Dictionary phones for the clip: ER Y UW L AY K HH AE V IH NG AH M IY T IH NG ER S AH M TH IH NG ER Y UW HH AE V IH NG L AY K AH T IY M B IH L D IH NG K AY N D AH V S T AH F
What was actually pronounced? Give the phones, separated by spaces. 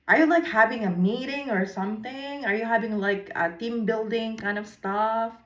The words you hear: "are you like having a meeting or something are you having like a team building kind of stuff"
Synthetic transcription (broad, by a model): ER Y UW L AY K HH AE V IH NG AH M IY T IH NG ER S AH M TH IH NG ER Y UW HH AE V IH NG L AY K AH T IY M B IH L D IH NG K AY N D AH V S T AH F